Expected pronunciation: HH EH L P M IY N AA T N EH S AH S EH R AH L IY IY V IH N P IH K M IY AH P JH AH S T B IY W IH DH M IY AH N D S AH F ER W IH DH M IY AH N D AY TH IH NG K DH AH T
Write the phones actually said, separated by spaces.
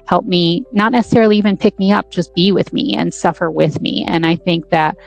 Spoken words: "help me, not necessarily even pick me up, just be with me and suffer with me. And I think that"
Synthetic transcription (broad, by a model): HH EH L P M IY N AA T N EH S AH S EH R L IY IY V IH N P IH K M IY AH P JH AH S B IY W IH DH M IY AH N S AH F ER W IH DH M IY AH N AY TH IH NG K DH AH T